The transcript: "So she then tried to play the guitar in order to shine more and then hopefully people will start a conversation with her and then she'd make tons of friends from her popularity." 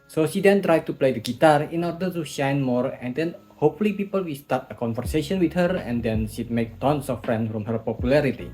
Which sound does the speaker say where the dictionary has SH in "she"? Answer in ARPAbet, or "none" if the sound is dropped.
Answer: SH